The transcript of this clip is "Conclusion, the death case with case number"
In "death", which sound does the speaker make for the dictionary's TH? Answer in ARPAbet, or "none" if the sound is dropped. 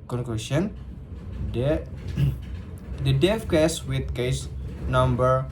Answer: F